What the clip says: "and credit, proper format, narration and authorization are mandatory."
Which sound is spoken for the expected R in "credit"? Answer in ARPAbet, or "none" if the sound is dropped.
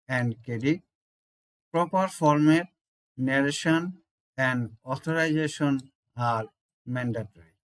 none